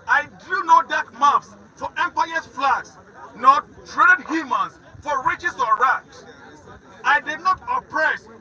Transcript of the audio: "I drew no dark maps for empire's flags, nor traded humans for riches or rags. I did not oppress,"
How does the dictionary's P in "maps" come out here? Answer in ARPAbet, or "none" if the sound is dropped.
F